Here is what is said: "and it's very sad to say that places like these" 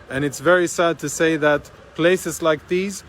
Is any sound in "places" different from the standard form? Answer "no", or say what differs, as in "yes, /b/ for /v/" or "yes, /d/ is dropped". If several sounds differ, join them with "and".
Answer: no